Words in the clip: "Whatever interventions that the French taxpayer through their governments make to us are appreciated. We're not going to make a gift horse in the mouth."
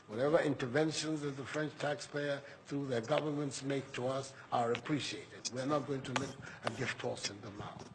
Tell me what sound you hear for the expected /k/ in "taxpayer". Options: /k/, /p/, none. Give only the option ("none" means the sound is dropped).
/k/